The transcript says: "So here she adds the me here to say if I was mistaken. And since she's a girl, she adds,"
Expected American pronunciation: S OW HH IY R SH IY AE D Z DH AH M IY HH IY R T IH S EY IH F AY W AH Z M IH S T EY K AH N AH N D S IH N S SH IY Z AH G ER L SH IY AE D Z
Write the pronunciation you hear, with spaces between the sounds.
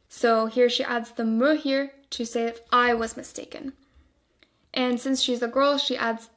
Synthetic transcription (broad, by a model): S OW HH IY R SH IY AE D Z DH AH M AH HH IY R T IH S EY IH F AY W AH Z M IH S T EY K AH N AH N S IH N S SH IY Z AH G ER L SH IY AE D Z